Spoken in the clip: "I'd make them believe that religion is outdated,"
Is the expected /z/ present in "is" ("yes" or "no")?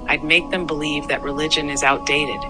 yes